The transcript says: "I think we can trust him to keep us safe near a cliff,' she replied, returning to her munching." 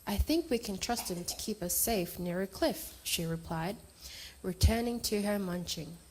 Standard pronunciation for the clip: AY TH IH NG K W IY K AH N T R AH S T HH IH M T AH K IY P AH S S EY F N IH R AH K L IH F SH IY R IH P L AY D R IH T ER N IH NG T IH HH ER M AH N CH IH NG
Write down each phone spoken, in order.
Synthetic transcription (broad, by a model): AY TH IH NG K W IY K AH N T R AH S T HH IH M T AH K IY P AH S S EY F N IH R AH K L IH F SH IY R IH P L AY D R IH T ER N IH NG T IH ER M AH N CH IH NG